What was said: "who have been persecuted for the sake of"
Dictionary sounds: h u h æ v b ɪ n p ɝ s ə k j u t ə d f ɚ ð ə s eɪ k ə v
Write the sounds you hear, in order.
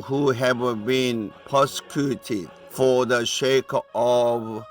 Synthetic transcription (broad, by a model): h u h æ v b ɪ n p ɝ s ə k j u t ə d f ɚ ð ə ʃ eɪ k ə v